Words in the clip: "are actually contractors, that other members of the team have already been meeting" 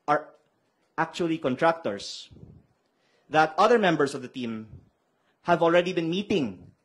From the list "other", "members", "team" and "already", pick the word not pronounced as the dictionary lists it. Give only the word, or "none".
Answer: members